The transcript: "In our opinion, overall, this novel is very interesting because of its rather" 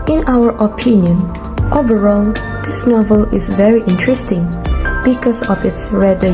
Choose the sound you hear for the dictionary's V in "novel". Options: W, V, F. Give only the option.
V